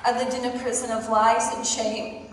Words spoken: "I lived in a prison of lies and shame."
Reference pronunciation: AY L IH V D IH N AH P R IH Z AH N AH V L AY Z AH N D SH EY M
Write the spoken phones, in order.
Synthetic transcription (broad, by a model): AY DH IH D IH N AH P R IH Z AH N AH V L AY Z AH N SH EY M